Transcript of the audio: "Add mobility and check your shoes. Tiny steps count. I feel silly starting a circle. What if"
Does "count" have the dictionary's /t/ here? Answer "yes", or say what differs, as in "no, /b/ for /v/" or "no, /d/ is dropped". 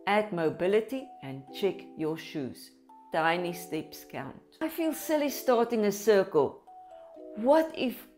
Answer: yes